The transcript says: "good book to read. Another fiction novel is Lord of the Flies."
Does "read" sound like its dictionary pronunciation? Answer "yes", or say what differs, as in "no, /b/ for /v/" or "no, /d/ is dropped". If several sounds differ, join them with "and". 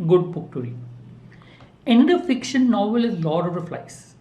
no, /d/ is dropped